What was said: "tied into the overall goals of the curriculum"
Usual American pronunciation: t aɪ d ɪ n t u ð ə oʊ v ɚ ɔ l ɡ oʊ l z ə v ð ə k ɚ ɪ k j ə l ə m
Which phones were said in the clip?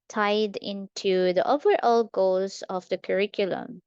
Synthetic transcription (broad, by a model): t aɪ d ɪ n t u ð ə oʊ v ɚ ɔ l ɡ oʊ z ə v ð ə k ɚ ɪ k j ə l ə m